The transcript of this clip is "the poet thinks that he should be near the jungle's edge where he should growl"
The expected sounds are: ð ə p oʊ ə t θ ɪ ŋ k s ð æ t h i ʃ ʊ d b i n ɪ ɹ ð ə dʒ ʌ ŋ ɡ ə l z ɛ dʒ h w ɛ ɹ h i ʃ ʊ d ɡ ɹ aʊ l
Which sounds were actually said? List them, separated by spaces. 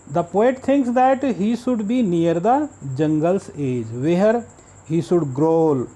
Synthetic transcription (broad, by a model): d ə p oʊ ə t t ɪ ŋ k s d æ t h i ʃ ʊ d b i n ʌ ɹ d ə dʒ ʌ ŋ ɡ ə l s ɛ dʒ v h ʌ ɹ h i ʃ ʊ d ɡ ɹ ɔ l